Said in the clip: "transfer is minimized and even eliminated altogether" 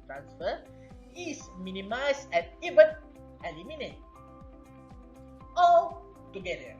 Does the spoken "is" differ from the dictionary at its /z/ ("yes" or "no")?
yes